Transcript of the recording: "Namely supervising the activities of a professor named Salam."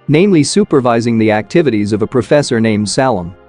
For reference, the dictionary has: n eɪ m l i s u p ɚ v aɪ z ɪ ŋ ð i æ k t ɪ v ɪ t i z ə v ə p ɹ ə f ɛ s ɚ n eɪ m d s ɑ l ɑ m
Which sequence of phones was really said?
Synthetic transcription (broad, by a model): n eɪ m l i s u p ɚ v aɪ z ɪ ŋ ð i æ k t ɪ v ɪ t i z ə v ə p ɹ ə f ɛ s ɚ n eɪ m d s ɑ l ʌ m